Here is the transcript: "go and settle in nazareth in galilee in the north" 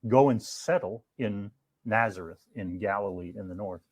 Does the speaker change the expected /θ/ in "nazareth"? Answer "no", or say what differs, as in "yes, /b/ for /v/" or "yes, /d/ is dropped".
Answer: no